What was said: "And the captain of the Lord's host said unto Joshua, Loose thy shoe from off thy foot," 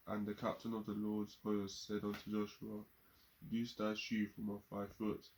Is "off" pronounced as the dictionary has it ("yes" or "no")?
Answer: yes